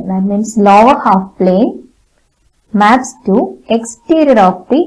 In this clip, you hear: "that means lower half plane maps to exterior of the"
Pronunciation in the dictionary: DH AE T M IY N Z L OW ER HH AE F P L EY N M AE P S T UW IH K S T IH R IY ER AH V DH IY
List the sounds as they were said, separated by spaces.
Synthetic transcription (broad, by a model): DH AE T M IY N S L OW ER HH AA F P L EY N M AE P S T UW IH K S T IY R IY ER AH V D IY